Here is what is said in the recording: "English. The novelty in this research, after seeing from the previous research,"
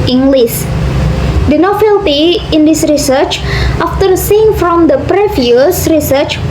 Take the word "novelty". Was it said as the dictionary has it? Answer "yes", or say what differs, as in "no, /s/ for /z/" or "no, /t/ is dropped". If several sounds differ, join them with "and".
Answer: no, /f/ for /v/